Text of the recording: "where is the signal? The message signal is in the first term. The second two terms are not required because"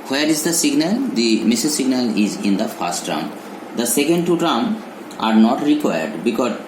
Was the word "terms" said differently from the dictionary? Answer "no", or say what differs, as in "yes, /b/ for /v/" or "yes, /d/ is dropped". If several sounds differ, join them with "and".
yes, /z/ is dropped